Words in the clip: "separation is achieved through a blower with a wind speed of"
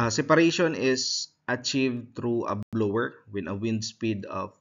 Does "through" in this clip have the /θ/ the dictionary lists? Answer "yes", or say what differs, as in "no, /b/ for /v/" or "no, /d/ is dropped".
no, /t/ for /θ/